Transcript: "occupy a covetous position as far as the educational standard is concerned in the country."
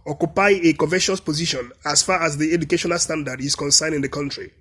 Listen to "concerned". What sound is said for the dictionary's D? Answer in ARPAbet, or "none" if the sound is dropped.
none